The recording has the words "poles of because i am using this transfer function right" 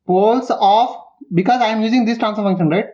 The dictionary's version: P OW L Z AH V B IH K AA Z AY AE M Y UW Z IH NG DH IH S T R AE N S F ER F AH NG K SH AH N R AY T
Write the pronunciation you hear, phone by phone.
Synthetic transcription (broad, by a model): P OW L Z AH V B IH K AA Z AY M Y UW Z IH NG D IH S T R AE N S ER F AH NG K SH AH N R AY T